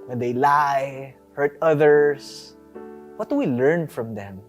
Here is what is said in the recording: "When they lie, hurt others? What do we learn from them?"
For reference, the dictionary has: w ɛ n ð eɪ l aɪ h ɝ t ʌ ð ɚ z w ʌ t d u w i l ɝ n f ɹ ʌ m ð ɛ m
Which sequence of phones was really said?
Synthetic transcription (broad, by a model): w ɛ n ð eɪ l aɪ h ɝ t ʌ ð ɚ s w ʌ t d u w i l ɝ n f ɹ ʌ m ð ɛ m